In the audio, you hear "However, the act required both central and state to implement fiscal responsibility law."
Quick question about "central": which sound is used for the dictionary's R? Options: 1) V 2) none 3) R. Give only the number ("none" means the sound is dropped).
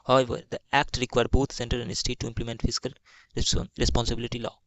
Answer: 2